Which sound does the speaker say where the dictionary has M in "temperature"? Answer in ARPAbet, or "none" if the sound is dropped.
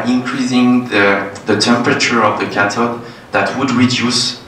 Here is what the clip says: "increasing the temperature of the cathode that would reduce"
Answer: M